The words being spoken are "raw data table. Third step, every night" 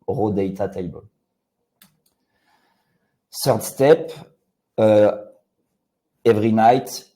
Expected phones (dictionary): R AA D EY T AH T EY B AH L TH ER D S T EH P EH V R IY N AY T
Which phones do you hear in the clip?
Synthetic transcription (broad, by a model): R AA D EY T AH T EY B AH L S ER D S T EH P EH V R IY N AY T